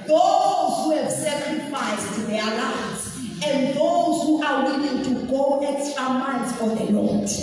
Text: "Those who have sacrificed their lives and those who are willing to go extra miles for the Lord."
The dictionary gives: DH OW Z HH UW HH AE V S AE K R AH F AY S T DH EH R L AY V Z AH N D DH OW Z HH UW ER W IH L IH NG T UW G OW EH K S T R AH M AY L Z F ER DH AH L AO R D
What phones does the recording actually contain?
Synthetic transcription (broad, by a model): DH OW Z HH UW HH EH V S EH K R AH F AY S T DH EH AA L AY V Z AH N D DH OW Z HH UW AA W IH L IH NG T UW G OW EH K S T AH M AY N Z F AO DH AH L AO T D